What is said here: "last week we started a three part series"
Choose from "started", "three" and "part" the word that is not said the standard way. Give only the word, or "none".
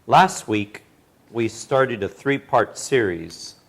none